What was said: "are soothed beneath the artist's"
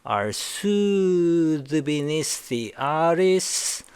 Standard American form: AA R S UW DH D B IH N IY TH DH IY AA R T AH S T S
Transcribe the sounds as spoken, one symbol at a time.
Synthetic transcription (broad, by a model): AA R S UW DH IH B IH N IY S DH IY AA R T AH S S